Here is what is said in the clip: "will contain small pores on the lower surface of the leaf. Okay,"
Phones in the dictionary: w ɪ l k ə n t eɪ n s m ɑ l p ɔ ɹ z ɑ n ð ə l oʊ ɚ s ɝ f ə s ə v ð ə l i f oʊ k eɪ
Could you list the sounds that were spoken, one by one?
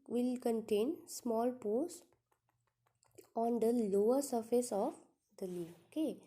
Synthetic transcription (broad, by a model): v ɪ l k ə n t eɪ n s m ɑ l p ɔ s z ɑ n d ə l oʊ ɚ s ɝ f ə s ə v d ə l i oʊ k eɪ